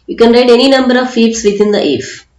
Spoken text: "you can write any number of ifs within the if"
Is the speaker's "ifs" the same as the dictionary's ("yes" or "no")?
no